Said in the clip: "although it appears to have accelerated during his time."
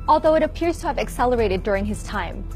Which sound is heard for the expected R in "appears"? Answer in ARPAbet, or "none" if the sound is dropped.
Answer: R